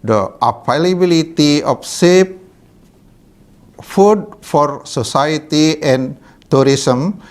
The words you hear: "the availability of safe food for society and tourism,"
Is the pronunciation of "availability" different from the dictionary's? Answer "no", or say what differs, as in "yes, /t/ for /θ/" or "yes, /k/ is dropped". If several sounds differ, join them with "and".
yes, /p/ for /v/